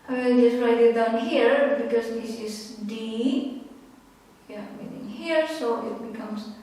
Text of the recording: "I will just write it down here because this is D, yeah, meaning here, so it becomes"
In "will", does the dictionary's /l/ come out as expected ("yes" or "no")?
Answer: no